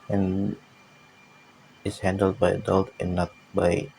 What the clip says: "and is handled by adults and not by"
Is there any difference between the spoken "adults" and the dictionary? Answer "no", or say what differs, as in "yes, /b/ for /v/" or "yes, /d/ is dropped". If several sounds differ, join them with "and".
yes, /s/ is dropped